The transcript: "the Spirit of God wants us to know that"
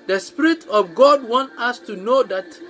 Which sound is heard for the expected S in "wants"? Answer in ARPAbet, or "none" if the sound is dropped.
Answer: none